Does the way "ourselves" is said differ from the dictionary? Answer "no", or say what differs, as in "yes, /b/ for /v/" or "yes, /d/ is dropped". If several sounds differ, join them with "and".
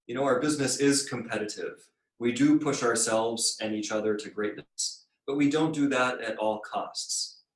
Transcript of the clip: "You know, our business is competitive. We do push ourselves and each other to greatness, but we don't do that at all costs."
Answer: no